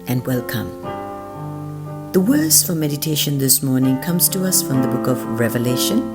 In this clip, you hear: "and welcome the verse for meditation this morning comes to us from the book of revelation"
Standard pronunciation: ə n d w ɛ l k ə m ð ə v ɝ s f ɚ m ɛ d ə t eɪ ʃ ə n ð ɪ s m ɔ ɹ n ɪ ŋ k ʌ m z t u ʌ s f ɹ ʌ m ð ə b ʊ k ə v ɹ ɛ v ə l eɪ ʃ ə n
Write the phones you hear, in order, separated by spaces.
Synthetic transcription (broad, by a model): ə n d w ɛ l k ə m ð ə w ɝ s f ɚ m ɛ d ə t eɪ ʃ ə n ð ɪ s m ɔ ɹ n ɪ ŋ k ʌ m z t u ʌ s f ɹ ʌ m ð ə b ʊ k ə v ɹ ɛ v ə l eɪ ʃ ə n